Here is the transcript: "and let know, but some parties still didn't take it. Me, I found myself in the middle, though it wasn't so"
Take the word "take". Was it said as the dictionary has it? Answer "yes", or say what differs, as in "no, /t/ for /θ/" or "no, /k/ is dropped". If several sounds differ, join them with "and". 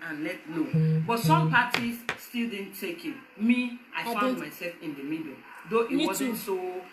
yes